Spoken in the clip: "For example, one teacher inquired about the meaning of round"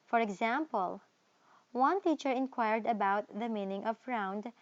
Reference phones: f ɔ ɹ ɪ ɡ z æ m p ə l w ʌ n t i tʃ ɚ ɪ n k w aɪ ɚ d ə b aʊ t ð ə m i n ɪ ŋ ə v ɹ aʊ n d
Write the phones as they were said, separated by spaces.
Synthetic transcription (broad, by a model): f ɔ ɹ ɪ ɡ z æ m p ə l w ʌ n t i tʃ ɚ ɪ n k w aɪ ɚ d ə b aʊ t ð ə m i n ɪ ŋ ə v ɹ aʊ n d